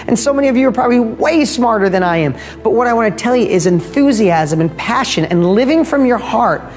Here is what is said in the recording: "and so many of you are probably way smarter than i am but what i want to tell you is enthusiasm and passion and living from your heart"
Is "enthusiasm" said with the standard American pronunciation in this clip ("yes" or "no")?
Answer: yes